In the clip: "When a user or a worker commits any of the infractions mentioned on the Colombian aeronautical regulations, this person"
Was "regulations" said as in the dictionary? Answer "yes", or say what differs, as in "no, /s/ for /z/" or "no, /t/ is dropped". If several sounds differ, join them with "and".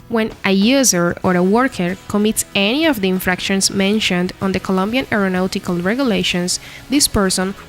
no, /s/ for /z/